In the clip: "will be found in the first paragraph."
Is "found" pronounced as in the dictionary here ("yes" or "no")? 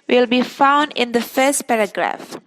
yes